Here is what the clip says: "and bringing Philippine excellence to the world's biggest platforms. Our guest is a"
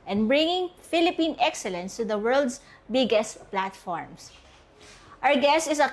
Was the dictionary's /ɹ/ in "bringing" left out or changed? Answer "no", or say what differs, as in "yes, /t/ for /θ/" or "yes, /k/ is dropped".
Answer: no